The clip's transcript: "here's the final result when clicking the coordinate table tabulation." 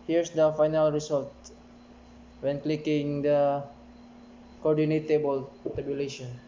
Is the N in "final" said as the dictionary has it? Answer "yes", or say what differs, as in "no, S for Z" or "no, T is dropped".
yes